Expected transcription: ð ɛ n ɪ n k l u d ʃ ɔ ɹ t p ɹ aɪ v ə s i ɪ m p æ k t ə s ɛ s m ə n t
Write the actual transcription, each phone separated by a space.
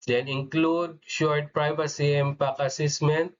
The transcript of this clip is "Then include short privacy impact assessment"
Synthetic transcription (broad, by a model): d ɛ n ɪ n k l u d ʃ ɔ ɹ t p ɹ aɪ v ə s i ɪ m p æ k ə s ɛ s m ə n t